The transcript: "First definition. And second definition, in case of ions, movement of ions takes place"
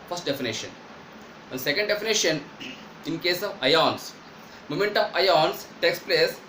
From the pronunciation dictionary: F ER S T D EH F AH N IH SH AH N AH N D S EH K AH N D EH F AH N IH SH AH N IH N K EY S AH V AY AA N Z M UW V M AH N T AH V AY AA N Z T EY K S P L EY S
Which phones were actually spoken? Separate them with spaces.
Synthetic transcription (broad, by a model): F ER S T D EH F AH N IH SH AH N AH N S EH K AH N D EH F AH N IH SH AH N IH N K EY S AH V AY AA N S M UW M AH N T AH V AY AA N S T EY K S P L EY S